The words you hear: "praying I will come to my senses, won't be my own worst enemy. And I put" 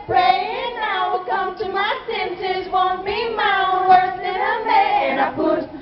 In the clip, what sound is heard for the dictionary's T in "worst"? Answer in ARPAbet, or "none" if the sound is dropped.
none